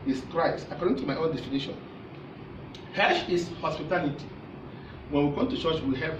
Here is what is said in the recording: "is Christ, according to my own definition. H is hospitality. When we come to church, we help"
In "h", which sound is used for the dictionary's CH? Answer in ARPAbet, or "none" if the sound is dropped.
SH